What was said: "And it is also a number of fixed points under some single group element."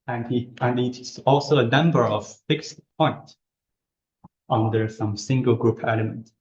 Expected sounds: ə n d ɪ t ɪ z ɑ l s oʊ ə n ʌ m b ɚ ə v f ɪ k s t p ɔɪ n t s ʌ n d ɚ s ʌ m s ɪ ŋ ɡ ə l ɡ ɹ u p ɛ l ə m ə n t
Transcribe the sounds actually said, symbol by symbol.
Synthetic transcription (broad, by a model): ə n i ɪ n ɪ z ɑ l s oʊ ə n ʌ m b ɚ ə v f ɪ k s t p ɔɪ n t ʌ n d ɚ s ʌ m s ɪ ŋ ɡ ə l ɡ ɹ u p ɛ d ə m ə n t